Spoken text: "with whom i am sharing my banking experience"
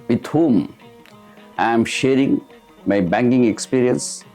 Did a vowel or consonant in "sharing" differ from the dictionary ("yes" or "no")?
no